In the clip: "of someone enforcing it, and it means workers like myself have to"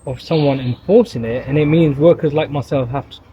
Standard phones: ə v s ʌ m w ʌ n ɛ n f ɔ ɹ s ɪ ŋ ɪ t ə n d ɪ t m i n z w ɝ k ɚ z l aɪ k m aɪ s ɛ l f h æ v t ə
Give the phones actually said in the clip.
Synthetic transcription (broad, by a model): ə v s ʌ m w ʌ n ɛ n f ɔ ɹ s ɪ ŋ ɪ t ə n ɪ t m i n z w ɝ k ɚ z l aɪ k m aɪ s ɛ l f h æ f t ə